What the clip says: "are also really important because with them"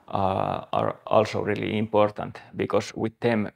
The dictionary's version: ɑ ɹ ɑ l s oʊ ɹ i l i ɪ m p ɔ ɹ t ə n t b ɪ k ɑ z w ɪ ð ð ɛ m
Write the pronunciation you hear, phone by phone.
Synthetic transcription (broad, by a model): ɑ ɹ ɑ l s oʊ ɹ i l i ɪ m p ɔ ɹ t ə n t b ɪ k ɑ s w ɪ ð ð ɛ m